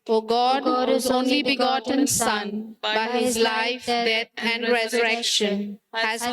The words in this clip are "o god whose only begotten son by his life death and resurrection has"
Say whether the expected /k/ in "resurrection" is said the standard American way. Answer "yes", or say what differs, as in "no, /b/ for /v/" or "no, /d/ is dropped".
yes